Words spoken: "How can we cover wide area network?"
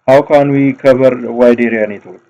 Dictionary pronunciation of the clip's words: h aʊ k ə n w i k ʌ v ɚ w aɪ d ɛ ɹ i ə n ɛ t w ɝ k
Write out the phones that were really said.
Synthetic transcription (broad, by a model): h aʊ k ə n w i k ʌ b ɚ w aɪ d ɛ ɹ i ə n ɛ t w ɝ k